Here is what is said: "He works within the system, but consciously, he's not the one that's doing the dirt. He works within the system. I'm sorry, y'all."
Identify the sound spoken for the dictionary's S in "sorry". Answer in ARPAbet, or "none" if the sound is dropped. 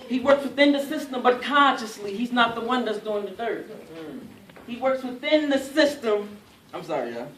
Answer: S